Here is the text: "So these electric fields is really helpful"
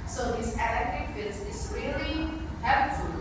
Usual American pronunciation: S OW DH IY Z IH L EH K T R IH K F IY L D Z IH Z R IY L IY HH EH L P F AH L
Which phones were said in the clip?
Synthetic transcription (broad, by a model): S OW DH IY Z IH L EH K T IH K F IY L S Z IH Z R IY L IY HH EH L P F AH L